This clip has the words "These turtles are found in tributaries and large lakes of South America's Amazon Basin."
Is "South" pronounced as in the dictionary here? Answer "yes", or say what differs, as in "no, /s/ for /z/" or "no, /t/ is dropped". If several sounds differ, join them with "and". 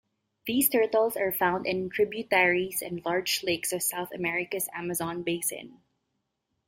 yes